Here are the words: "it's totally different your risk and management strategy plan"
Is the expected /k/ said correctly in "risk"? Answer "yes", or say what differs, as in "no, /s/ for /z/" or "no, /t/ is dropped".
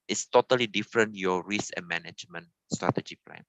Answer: no, /k/ is dropped